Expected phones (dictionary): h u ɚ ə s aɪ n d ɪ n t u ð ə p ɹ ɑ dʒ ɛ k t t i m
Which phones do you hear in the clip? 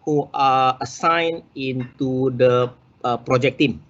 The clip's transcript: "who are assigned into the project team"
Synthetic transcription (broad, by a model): h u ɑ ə s aɪ n ɪ n t u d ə p ɹ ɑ dʒ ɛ k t t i m